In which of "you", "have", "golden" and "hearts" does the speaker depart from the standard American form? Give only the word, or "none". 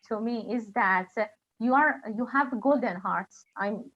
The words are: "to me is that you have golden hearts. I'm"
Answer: none